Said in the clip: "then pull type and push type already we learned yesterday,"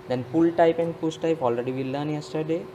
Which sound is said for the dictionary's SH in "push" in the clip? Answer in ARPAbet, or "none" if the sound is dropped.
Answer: S